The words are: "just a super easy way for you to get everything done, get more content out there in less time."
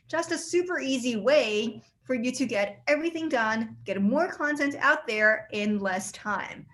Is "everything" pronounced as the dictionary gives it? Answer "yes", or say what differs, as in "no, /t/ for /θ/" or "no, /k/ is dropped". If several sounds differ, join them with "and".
yes